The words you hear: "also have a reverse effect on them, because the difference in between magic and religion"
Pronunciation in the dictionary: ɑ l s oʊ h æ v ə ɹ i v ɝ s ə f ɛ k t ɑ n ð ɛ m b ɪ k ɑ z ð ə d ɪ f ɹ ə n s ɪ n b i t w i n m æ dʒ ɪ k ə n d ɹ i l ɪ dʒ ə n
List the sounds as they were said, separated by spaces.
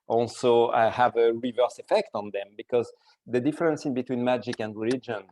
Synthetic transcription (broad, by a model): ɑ l s oʊ h æ v ə ɹ i v ɝ s ə f ɛ k t ɑ n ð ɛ m b ɪ k ɑ z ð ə d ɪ f ɹ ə n s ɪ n b i t w i n m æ dʒ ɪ k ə n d ɹ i l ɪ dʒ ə n